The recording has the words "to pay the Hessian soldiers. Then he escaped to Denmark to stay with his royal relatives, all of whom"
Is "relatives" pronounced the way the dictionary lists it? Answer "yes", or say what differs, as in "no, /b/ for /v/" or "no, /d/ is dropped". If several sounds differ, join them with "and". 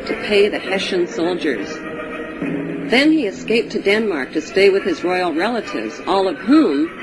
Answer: yes